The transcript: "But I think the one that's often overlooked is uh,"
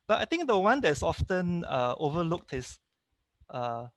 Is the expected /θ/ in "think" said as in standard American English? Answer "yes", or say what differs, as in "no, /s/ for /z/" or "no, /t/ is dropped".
no, /t/ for /θ/